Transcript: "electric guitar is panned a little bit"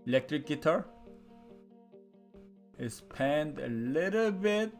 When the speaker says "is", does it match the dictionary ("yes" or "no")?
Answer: no